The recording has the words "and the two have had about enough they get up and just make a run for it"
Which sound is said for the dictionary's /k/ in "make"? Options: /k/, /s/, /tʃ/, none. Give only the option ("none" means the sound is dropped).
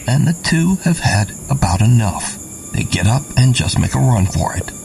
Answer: /k/